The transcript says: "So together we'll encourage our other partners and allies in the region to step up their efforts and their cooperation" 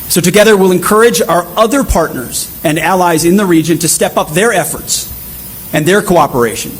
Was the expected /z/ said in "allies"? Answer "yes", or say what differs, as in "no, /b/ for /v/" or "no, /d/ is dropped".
yes